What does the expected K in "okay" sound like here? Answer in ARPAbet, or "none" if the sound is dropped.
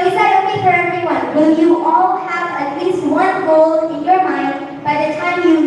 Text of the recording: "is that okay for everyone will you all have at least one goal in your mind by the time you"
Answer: none